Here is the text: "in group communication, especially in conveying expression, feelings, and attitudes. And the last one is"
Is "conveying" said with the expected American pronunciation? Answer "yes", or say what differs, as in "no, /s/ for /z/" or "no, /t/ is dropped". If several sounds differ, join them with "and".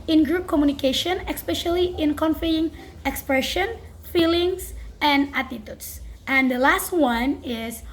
no, /f/ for /v/